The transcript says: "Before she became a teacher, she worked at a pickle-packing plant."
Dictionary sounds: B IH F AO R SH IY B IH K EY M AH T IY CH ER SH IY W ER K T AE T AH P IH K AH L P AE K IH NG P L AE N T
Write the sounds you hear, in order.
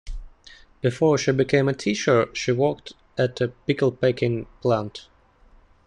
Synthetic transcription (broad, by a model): B IH F AO R SH IY B IH K EY M AH T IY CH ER SH IY W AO K T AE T AH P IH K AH L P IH K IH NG P L AE N T